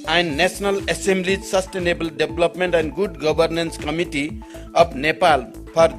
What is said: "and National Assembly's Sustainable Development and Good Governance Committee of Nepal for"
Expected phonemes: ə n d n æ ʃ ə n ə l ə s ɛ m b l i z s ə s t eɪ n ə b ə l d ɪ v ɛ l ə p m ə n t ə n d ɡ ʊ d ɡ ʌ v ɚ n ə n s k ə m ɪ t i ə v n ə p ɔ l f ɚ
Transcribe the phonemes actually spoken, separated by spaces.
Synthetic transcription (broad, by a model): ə n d n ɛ s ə n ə l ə s ɛ m b l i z s ə s t eɪ n ə b ə l d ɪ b l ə p m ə n t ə n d ɡ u d ɡ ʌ b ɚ n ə n s k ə m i t i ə p n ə p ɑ l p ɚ